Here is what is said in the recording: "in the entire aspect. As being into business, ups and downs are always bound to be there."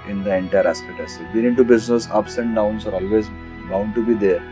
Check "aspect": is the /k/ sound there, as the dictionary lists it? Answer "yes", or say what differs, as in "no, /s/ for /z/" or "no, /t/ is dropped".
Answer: no, /k/ is dropped